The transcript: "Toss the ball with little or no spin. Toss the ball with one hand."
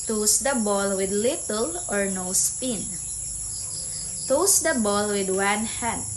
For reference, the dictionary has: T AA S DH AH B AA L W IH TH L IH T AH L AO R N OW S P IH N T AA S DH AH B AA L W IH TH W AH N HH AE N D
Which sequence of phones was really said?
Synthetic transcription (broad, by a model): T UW S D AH B AA L W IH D L IH T AH L AO R N OW S P IH N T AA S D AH B AA L W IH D W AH N HH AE N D